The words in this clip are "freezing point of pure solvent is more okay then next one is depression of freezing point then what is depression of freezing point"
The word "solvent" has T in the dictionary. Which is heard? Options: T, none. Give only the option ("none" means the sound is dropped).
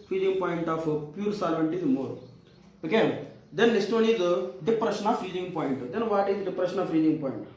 T